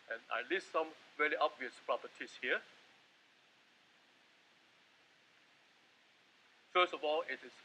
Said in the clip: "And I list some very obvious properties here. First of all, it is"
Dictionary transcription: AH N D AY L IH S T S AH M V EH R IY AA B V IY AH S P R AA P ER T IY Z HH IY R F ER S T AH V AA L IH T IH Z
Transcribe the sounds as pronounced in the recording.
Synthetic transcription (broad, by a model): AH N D AY L IH S T S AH M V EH L IY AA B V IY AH S P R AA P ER T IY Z HH IY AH F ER S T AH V AA L IH T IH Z